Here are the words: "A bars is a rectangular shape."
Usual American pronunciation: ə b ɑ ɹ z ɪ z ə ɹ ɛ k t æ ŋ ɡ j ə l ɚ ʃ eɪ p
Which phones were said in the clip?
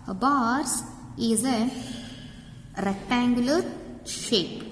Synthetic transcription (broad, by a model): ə b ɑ ɹ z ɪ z ə ɹ ɛ k t æ ŋ ɡ j ə l ɚ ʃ eɪ p